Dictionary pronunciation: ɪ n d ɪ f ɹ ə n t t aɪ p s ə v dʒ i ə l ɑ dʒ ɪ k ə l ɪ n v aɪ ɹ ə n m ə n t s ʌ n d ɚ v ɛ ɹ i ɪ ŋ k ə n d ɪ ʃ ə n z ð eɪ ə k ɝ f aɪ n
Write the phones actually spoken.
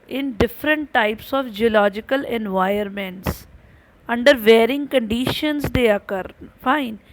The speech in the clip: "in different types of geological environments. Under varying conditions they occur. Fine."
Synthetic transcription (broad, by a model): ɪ n d ɪ f ɹ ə n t t aɪ p s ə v dʒ i ə l ɑ dʒ ɪ k ə l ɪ n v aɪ ə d m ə n t s ʌ n d ɚ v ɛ ɹ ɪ ŋ k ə n d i ʃ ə n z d eɪ ə k ɝ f aɪ n